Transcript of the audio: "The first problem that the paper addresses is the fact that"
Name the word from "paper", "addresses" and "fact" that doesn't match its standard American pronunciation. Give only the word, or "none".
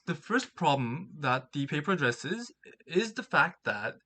none